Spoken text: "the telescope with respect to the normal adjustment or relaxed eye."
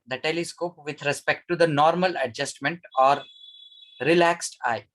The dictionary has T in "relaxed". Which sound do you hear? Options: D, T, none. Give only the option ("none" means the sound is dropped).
T